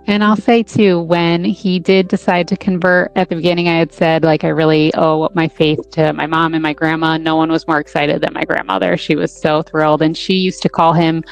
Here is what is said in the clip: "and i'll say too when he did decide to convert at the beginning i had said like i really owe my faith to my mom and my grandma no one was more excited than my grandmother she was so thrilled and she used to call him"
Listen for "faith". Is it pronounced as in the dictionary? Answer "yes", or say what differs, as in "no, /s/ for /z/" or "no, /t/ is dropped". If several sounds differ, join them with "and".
yes